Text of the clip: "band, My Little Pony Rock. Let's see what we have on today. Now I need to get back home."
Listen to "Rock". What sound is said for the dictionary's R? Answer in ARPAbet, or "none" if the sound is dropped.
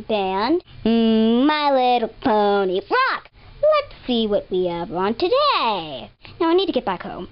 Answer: R